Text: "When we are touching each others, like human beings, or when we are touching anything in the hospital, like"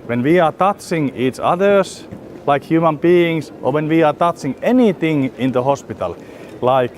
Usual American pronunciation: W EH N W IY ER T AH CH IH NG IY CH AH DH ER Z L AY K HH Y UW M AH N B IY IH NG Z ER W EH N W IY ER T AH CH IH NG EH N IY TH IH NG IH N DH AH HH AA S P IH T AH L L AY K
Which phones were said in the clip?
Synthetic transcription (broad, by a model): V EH N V IY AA T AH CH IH NG IY CH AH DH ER S L AY K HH Y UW M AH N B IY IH NG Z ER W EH N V IY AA T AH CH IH NG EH N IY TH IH NG IH N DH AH HH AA S P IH T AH L L AY K